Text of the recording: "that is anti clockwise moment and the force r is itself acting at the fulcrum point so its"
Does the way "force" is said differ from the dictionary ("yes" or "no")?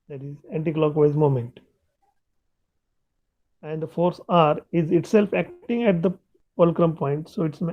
no